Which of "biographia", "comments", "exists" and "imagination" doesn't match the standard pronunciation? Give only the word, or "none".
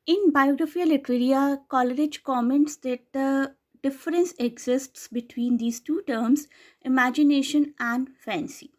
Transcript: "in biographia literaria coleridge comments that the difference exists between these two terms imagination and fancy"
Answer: none